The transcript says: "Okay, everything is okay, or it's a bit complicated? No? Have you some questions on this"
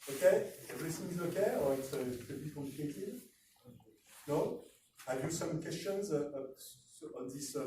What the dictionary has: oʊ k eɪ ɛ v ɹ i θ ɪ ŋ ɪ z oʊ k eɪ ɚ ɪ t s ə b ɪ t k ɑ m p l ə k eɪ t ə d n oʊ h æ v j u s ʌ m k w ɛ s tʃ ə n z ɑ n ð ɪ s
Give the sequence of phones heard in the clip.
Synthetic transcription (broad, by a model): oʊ k eɪ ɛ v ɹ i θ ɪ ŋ ɪ z oʊ k eɪ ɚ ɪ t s ə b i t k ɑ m l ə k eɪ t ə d n oʊ h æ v j u s ʌ m k w ɛ s tʃ ə n z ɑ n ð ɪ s